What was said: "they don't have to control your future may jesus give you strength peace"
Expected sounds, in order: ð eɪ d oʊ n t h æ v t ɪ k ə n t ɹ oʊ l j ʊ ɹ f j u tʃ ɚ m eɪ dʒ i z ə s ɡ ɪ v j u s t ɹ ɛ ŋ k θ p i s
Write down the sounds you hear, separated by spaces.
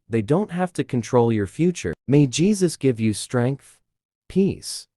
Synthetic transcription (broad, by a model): ð eɪ d oʊ n t h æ f t ɪ k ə n t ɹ oʊ l j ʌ ɹ f j u tʃ ɚ m eɪ dʒ i z ə s ɡ ɪ v j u s t ɹ ɛ ŋ k θ p i s